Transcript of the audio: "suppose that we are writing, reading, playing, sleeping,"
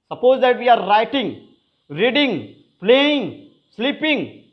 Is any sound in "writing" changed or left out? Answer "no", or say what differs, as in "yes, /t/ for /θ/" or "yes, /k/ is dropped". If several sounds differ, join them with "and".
no